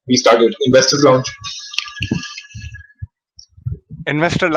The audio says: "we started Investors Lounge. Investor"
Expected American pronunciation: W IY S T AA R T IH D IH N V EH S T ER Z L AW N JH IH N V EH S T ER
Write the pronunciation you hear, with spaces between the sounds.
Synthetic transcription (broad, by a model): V IY S T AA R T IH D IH N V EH S T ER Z L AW N CH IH N V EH S T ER